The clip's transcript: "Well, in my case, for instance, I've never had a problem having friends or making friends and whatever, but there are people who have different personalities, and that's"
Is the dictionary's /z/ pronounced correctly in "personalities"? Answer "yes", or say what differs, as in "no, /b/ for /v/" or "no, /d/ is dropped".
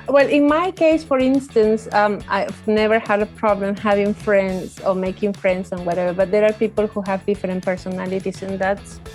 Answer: no, /s/ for /z/